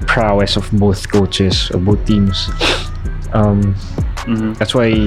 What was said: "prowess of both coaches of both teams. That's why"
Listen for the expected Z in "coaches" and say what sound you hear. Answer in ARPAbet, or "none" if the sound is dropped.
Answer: S